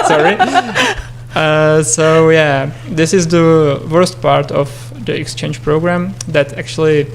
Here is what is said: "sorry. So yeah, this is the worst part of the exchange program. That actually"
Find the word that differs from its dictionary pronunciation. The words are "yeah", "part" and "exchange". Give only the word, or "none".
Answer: none